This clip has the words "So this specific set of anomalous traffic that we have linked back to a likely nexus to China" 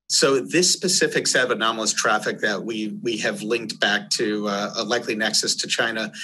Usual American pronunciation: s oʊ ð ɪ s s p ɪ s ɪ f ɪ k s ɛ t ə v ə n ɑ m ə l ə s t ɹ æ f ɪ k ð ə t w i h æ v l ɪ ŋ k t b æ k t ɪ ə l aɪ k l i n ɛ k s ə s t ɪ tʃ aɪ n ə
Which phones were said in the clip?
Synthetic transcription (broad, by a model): s oʊ ð ɪ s s p ɪ s ɪ f ɪ k s ɛ t ə v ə n ɑ m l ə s t ɹ æ f ɪ k ð ə t w i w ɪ v l ɪ ŋ k t b æ k t ɪ ə l aɪ k l i n ɛ k s ə s t ɪ tʃ aɪ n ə